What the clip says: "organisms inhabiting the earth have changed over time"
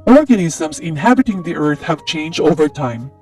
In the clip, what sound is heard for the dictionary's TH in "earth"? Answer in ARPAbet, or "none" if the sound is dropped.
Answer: TH